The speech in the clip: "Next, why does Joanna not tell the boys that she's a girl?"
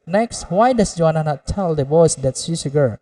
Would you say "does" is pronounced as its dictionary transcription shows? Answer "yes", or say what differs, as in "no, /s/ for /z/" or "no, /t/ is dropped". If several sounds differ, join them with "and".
no, /s/ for /z/